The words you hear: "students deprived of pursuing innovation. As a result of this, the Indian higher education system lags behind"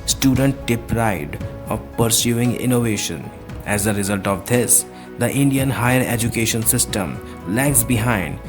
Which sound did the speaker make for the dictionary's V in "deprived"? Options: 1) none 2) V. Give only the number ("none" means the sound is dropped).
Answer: 1